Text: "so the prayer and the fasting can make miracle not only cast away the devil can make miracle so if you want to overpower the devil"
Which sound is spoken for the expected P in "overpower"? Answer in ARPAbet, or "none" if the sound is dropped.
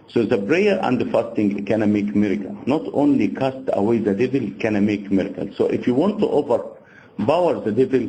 B